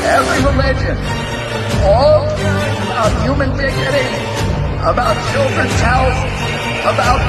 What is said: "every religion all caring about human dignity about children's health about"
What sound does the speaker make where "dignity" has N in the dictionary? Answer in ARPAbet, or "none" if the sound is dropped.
none